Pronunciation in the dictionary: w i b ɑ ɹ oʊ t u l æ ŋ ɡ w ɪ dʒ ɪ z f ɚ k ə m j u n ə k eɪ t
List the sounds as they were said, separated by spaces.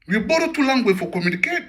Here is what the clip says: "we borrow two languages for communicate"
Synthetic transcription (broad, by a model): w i b ɑ ɹ oʊ t u l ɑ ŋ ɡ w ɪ f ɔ k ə m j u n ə k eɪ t